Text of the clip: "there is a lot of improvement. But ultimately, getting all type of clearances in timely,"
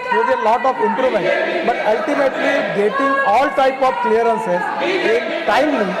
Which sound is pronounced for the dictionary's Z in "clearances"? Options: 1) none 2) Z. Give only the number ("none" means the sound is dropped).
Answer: 1